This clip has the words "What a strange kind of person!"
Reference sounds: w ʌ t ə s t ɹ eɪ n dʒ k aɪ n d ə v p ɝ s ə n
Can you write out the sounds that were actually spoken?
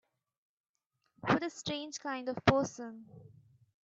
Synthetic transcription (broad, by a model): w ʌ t ə s t ɹ eɪ n dʒ k aɪ n d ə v p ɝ s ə n